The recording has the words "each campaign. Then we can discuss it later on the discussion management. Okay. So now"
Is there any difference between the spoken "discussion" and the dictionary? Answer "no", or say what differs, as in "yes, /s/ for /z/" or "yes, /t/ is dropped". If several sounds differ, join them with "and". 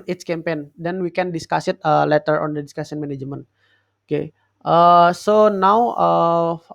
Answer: yes, /s/ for /ʃ/